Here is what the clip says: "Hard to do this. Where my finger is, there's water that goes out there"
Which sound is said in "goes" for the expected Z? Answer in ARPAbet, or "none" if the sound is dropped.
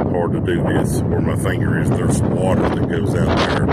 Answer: Z